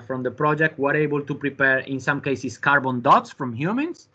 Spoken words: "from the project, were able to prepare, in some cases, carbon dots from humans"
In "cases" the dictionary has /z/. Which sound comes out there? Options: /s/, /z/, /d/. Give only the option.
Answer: /s/